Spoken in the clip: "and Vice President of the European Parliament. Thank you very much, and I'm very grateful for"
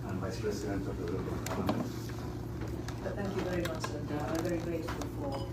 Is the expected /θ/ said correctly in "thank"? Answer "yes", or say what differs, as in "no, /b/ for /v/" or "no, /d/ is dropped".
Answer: yes